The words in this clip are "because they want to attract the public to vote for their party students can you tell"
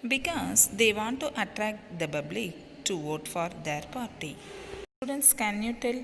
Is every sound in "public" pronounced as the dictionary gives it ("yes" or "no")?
no